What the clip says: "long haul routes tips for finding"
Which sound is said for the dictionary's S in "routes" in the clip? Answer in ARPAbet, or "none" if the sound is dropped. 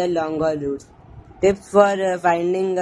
none